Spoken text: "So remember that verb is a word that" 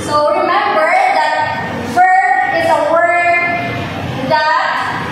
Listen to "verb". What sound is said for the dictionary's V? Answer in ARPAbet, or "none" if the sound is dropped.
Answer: F